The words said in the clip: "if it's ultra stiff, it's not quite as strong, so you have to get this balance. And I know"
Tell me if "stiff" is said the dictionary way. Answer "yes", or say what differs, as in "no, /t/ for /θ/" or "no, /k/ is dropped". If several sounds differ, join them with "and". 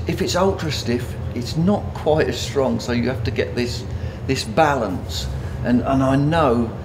yes